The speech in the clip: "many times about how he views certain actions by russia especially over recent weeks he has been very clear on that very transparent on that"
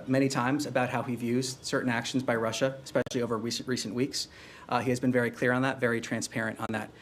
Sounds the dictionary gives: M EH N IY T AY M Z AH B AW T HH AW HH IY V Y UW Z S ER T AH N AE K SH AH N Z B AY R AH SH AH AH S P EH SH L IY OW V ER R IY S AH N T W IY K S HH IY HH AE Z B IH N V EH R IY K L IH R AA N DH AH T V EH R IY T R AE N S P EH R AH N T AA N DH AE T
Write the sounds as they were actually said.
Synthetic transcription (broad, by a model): M EH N IY T AY M Z AH B AW T HH AW HH IY V Y UW Z S ER T N AE K SH N Z B AY R AH SH AH AH S P EH SH L IY OW V ER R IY S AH N T W IY K S HH IY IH Z B IH N V EH R IY K L IH R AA N DH AH T V EH R IY T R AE N S P EH R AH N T N DH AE T